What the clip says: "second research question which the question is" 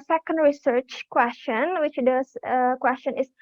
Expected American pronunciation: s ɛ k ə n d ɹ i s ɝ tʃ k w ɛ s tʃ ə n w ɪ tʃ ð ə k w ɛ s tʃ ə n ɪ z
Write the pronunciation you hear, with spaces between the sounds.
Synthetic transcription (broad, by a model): s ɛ k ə n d ɹ i s ɝ tʃ k w ɛ s tʃ ə n w ɪ tʃ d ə k w ɛ s tʃ ə n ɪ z